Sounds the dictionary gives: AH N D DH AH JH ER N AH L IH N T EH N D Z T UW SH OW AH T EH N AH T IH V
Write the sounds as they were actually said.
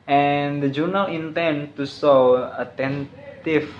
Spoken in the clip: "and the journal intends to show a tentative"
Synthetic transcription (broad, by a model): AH N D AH JH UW N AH L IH N T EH N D T UW S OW AH T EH N T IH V